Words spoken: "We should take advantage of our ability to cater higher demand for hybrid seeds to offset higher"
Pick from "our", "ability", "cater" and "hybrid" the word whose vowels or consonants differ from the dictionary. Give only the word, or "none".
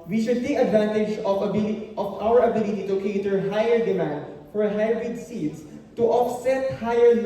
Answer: hybrid